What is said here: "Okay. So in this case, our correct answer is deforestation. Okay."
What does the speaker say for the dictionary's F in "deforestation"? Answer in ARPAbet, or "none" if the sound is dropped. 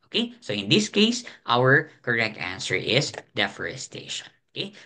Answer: F